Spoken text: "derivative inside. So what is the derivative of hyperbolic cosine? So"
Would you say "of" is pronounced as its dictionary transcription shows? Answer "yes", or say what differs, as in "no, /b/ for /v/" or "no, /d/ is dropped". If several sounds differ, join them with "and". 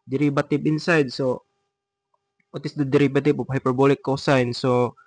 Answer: no, /p/ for /v/